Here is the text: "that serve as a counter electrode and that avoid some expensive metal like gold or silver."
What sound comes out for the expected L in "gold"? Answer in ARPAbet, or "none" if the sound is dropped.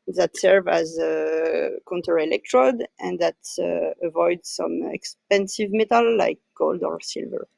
L